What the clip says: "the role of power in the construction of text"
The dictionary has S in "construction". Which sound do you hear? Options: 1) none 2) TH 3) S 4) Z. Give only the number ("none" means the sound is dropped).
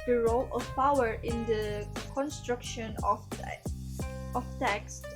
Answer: 3